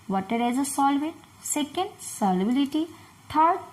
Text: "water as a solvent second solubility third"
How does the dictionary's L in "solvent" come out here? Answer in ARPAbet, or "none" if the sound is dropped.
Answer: L